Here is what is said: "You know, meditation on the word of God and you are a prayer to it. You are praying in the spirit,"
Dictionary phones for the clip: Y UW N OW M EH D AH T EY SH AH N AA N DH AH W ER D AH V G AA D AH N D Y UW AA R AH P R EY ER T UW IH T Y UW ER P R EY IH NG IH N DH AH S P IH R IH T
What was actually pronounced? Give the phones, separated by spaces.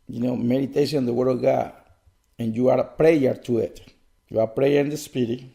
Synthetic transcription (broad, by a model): Y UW N OW M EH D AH T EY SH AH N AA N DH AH W ER D AH V G AA D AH N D Y UW AA R P R EY ER T UW IH T Y UW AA P R EY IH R IH N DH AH S P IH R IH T